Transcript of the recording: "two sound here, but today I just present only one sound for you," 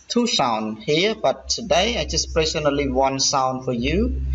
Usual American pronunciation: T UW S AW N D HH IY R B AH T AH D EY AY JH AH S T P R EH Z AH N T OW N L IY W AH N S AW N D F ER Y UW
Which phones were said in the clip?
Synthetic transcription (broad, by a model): T UW S AW N D HH IY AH B AH T AH D EY AY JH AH S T P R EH S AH N OW L IY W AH N S AW N D F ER Y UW